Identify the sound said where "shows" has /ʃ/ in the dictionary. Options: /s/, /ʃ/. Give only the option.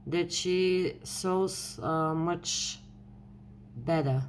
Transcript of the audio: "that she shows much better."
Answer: /s/